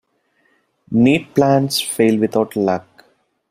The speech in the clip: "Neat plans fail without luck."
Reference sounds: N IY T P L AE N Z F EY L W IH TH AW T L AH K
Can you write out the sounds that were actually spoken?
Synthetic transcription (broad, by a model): N IY T P L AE N S F EY L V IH T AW T L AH K